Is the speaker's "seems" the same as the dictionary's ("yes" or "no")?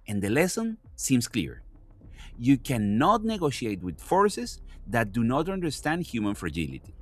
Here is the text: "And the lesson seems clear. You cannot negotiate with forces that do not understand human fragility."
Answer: no